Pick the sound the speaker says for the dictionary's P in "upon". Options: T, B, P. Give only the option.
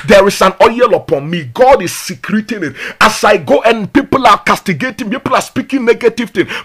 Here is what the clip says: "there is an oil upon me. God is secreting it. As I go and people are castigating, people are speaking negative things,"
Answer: P